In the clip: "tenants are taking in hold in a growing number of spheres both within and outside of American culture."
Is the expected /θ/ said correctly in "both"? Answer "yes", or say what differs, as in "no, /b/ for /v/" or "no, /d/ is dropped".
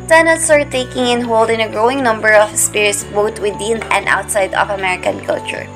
no, /t/ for /θ/